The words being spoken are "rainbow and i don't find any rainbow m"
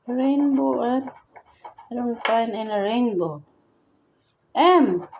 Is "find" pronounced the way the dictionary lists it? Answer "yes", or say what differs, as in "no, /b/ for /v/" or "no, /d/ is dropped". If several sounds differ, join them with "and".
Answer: no, /d/ is dropped